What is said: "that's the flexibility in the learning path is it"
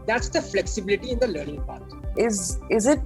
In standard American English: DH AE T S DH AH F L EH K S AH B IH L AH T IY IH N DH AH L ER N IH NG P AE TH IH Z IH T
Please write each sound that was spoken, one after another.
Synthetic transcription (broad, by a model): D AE T S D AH F L EH K S AH B IH L AH T IY IH N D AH L ER N IH NG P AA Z IH Z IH T